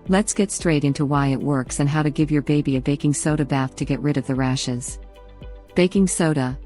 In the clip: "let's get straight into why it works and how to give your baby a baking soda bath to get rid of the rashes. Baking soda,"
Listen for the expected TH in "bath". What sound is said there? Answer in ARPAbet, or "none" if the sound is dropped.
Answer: TH